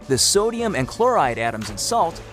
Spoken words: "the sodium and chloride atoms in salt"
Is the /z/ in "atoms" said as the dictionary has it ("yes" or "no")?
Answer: yes